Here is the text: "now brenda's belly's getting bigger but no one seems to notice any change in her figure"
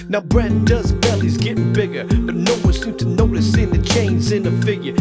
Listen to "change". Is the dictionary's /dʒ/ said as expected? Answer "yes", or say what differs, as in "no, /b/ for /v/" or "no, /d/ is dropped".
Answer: no, /z/ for /dʒ/